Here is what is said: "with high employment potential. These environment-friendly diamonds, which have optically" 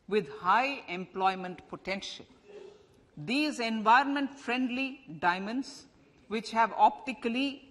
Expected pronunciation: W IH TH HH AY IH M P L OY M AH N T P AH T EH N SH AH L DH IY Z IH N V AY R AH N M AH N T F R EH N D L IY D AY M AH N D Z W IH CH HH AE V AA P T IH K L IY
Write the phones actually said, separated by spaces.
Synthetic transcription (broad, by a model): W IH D HH AY IH M P L OY M AH N T P AH T EH N SH AH L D IY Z IH N V AY R AH N M AH N T F R EH N D L IY D AY M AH N D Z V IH CH HH AE V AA P T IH K L IY